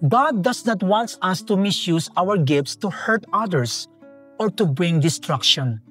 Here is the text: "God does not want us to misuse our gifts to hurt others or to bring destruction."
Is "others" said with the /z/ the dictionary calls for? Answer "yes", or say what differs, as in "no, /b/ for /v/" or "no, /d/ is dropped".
no, /s/ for /z/